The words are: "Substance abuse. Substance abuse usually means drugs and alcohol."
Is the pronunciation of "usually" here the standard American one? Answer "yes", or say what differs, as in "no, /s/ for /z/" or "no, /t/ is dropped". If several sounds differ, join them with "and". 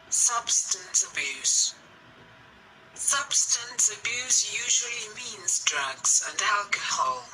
yes